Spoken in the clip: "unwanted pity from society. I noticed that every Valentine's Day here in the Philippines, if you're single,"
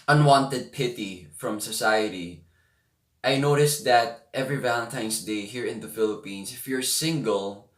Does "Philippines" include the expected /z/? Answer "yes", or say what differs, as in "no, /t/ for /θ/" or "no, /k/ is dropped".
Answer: no, /s/ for /z/